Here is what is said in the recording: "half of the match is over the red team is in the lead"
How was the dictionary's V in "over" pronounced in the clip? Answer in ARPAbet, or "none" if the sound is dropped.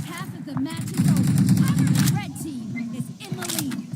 none